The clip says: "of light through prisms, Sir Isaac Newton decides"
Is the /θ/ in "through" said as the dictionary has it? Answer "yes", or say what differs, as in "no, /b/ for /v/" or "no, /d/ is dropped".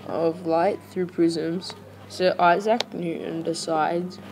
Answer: yes